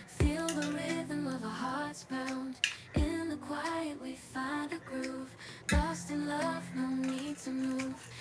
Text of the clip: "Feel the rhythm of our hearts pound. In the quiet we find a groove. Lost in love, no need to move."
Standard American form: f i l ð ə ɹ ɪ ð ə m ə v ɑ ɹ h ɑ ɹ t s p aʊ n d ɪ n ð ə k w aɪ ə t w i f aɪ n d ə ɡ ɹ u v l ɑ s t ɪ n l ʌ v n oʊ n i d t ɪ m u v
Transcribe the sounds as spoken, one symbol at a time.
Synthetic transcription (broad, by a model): f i l ð ə ɹ ɪ ð ə m ə v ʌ h ɑ ɹ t s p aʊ n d ɪ n ð ə k w aɪ ə t w i f aɪ n d ə ɡ ɹ u v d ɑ s t ɪ n l ʌ v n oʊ n i d t ɪ m u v